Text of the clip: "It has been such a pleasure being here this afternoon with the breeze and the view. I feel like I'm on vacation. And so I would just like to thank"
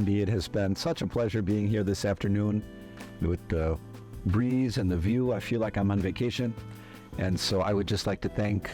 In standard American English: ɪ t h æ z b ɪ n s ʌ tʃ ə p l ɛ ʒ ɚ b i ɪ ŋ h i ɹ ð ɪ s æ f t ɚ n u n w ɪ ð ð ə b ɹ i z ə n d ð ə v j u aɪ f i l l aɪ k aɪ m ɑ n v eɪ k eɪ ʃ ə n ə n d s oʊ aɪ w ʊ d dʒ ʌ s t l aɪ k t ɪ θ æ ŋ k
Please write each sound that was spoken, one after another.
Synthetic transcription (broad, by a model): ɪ t h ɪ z b ɪ n s ʌ tʃ ə p l ɛ ʒ ɚ b i ɪ ŋ h i ɹ ð ɪ s æ f t ɚ n u n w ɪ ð ð ə b ɹ i z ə n ð ə v j u aɪ f i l l aɪ k aɪ m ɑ n v eɪ k eɪ ʃ ə n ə n s oʊ aɪ w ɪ d dʒ ʌ s t l aɪ k t ɪ θ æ ŋ k